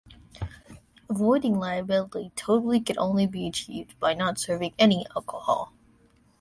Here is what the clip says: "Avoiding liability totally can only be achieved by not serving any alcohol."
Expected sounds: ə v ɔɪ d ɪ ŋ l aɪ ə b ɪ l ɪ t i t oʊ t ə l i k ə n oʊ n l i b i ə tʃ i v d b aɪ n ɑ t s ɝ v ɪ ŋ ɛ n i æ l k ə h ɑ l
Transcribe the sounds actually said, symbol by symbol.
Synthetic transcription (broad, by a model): ə v ɔɪ d ɪ ŋ l aɪ ə b ɪ l ɪ t i t oʊ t l i k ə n oʊ n l i b i ə tʃ i v d b aɪ n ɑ t s ɝ v ɪ ŋ ɛ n i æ l k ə h ɑ l